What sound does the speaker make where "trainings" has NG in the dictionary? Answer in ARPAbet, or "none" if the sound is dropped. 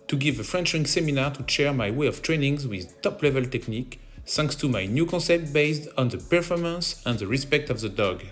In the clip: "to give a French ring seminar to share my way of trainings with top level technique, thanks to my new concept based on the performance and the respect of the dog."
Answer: NG